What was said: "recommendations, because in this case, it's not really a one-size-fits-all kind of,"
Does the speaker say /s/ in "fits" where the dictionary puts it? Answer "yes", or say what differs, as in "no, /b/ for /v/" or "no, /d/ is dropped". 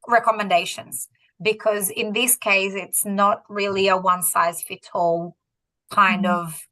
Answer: no, /s/ is dropped